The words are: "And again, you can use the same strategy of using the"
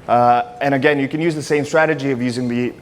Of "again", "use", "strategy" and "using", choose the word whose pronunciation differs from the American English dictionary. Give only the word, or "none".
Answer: none